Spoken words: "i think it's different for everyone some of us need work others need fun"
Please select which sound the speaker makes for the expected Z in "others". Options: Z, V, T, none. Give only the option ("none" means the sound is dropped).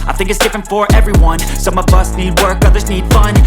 Z